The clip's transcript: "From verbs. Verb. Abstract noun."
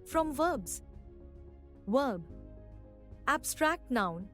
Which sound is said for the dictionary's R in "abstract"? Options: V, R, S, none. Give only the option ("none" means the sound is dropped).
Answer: R